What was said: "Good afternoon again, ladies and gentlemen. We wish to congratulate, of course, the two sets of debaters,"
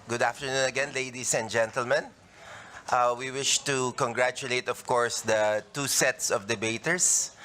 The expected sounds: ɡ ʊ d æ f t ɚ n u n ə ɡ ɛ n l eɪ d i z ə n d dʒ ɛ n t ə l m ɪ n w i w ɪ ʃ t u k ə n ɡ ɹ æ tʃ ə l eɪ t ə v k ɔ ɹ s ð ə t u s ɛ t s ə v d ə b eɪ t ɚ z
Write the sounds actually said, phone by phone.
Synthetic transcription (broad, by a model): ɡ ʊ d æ f t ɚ n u n ə ɡ ɛ n l eɪ d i s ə n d dʒ ɛ n t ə l m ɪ n w i w ɪ ʃ t u k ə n ɡ ɹ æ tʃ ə l eɪ t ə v k ɔ ɹ s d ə t u s ɛ t s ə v d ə b eɪ t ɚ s